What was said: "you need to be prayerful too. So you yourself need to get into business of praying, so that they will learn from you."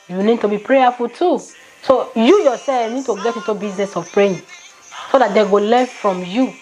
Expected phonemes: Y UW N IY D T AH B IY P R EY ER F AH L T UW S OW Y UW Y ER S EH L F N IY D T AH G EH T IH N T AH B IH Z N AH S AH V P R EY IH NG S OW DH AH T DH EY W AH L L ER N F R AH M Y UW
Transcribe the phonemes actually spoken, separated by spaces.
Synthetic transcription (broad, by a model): Y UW N IY D T AH B IY P R EY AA F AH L T UW S OW Y UW Y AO S EH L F N IY D T AH G EH T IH T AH B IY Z N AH S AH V P R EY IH S OW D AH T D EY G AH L L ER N F R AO M Y UW